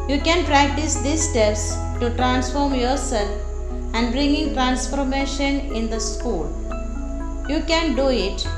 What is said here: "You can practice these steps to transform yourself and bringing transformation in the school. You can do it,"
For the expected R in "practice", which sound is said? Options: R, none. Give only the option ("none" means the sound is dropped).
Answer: R